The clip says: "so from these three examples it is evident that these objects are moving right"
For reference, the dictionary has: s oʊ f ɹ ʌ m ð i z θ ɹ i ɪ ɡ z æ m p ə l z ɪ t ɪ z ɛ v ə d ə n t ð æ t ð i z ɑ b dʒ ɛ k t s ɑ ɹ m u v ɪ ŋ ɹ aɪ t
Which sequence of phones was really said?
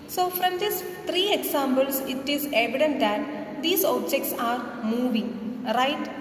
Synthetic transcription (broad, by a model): s oʊ f ɹ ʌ m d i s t ɹ i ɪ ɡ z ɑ m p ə l s ɪ t ɪ z ɛ v ə d ə n t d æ t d i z ɑ b dʒ ɛ k t s ɑ ɹ m u v ɪ ŋ ɹ aɪ t